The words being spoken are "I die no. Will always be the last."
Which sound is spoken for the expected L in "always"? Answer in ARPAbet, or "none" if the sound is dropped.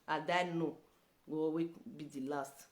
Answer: none